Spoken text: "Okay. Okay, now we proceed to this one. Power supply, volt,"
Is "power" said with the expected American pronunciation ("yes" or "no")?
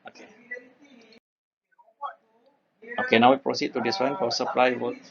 no